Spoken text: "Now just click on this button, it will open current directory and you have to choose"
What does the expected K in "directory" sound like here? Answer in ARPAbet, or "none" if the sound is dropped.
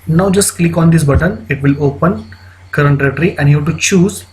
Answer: none